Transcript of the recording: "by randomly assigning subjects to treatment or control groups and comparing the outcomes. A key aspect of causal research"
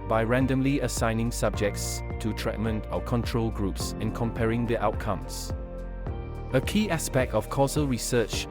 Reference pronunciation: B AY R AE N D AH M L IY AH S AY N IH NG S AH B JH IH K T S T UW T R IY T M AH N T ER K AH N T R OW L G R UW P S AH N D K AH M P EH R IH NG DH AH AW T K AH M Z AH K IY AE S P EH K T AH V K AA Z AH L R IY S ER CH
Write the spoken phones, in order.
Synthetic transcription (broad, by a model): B AY R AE N D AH M L IY AH S AY N IH NG S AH B JH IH K T S T UW T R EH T M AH N T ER K AH N T R OW L G R UW P S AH N K AH M P EH R IH NG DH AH AW T K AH M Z AH K IY AE S P EH K T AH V K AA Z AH L R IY S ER CH